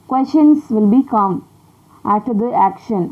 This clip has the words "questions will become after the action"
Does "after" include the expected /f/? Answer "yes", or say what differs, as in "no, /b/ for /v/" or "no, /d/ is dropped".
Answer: no, /f/ is dropped